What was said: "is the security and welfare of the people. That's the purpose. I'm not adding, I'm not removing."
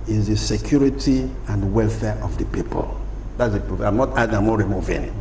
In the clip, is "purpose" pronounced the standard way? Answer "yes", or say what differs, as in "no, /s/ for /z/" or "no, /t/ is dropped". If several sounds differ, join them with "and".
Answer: no, /s/ is dropped